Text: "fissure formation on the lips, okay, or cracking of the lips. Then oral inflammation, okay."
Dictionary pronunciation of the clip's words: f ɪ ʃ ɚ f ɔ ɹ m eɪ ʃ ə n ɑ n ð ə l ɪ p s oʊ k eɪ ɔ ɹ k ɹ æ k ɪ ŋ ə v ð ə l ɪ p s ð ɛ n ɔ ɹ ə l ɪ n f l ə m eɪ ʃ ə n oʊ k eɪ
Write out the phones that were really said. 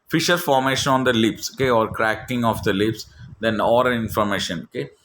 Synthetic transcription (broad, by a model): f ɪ ʃ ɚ f ɔ ɹ m eɪ ʃ ə n ɑ n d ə l ɪ p s oʊ k eɪ ɔ ɹ k ɹ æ k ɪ ŋ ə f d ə l ɪ p s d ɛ n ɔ ɹ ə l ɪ n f ə m eɪ ʃ ə n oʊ k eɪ